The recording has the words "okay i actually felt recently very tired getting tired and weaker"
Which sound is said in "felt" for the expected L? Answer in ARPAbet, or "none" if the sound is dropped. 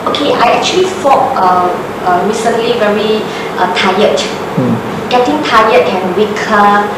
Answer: none